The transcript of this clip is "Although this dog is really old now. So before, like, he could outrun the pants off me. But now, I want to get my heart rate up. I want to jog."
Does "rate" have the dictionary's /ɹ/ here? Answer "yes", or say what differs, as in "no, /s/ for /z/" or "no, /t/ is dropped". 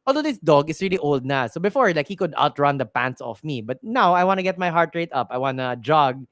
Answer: yes